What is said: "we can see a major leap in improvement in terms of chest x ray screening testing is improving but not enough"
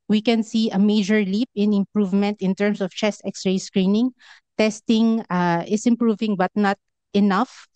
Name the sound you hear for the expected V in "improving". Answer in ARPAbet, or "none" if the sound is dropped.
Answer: V